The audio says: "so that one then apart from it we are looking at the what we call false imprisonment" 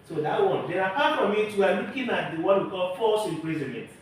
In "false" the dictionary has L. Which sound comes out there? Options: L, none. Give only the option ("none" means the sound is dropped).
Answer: none